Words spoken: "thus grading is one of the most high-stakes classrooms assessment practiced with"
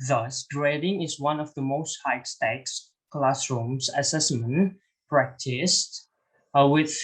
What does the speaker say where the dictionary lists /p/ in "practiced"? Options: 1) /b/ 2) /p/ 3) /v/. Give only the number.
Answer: 2